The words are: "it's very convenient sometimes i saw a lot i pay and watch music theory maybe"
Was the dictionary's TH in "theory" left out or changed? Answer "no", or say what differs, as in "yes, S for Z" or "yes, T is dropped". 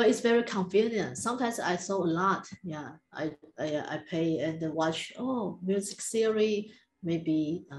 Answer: yes, S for TH